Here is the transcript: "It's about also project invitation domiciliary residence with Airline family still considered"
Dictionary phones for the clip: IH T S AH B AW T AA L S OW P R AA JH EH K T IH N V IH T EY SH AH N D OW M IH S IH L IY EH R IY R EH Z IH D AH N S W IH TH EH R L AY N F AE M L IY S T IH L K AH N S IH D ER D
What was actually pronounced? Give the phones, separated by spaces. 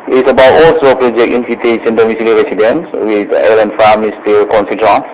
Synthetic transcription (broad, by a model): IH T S AH B AW T AA L S OW P R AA JH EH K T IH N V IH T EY S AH N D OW M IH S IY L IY R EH S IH D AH N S W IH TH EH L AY N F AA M IY S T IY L K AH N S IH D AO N